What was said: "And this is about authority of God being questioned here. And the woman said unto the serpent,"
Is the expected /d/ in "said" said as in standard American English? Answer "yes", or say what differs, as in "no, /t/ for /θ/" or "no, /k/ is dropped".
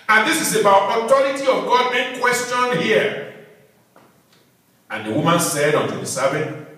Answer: yes